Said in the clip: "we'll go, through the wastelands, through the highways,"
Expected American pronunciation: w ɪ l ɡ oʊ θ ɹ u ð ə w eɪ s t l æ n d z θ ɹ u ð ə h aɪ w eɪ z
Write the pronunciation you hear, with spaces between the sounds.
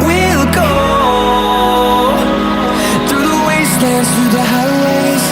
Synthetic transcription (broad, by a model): w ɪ l ɡ oʊ θ ɹ u ð ə w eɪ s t æ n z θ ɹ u ð ə h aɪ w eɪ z